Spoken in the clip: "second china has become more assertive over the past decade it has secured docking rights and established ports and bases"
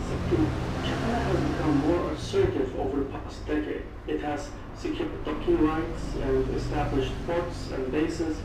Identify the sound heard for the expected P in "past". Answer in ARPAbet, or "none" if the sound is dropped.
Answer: P